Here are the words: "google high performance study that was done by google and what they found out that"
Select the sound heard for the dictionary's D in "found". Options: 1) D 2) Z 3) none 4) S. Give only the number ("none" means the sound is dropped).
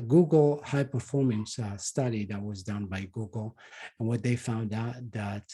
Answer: 1